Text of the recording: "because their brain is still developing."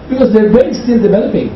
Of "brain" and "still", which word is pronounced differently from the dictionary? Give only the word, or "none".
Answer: brain